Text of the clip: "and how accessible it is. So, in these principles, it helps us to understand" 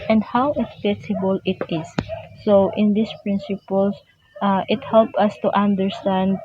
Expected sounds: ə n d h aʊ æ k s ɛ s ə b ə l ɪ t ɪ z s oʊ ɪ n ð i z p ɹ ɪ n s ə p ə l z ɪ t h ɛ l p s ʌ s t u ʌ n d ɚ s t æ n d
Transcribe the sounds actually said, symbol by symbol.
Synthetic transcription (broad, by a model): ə n d h aʊ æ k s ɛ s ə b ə l ɪ t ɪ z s oʊ ɪ n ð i s p ɹ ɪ n s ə p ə l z ɪ t h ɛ l p ʌ s t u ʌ n d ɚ s t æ n d